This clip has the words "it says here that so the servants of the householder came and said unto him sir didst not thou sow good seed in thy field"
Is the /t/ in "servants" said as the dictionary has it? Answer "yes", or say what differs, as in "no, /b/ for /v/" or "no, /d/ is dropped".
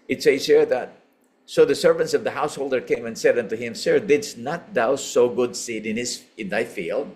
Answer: yes